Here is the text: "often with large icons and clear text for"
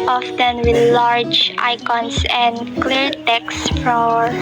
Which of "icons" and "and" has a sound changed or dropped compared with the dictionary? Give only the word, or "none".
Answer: icons